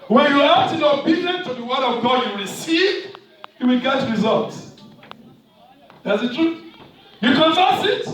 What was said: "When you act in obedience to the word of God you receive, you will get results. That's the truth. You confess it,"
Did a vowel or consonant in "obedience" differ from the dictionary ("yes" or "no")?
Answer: yes